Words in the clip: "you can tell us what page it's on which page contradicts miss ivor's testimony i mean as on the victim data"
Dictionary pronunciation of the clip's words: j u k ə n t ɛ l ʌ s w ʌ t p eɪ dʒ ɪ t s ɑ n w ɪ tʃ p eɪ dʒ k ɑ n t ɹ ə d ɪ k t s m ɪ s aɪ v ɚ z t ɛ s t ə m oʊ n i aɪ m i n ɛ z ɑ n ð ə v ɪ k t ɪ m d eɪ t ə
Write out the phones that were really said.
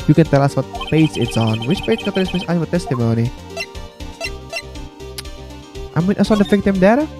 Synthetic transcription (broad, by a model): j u k ə n t ɛ l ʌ s w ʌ t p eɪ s ɪ t s ɑ n w ɪ tʃ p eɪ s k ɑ t ə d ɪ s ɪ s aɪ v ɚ t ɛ s t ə m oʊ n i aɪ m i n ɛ s ɑ n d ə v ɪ k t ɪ m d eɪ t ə